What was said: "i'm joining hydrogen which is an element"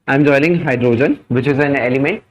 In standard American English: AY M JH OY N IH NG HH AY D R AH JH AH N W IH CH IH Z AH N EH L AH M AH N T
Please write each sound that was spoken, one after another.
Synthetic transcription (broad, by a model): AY M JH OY L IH NG HH AY D R AH JH AH N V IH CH IH Z AH N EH L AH M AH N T